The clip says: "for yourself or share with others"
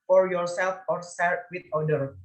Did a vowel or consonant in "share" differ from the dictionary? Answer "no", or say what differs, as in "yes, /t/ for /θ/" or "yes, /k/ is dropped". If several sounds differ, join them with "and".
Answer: yes, /s/ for /ʃ/